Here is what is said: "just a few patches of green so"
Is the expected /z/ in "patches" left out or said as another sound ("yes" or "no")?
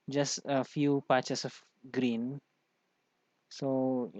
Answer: yes